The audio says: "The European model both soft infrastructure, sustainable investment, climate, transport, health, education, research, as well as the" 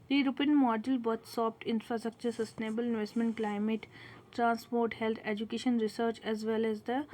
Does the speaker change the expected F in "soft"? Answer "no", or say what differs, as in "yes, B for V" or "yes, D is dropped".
yes, P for F